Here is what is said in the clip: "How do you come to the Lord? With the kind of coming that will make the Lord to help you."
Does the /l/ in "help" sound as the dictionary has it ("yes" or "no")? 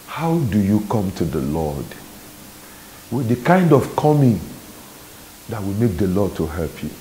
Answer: yes